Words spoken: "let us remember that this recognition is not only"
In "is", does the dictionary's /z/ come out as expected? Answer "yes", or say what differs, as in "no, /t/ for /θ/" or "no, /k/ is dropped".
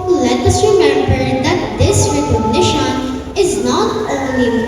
yes